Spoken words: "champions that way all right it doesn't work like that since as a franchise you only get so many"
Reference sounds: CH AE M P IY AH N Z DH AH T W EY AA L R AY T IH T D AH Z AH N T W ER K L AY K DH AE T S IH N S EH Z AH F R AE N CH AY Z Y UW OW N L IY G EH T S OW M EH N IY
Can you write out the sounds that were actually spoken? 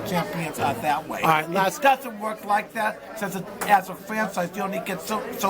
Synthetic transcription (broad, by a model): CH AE M P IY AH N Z DH AH T W EY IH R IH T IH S D AH Z AH N T W ER K L AY K DH AE T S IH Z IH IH Z AH F R AE N CH AY Z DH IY OW N L IY G EH T S OW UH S